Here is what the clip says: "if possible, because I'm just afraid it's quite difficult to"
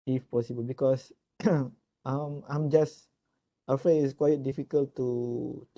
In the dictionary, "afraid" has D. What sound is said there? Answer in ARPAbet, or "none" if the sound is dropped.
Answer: none